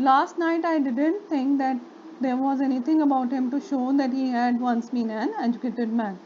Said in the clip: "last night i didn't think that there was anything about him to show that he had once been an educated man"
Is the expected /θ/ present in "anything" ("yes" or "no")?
no